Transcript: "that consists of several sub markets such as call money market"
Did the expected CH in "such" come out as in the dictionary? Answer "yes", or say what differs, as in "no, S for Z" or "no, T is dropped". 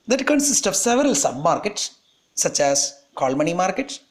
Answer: yes